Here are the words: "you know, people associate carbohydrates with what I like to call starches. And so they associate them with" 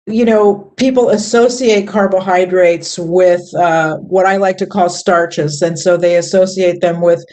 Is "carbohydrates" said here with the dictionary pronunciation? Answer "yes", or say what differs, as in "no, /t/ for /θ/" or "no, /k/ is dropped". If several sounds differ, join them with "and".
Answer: yes